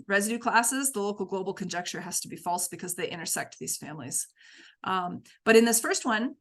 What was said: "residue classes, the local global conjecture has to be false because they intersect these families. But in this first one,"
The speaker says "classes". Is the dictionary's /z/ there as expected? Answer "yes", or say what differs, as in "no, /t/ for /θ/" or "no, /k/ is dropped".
yes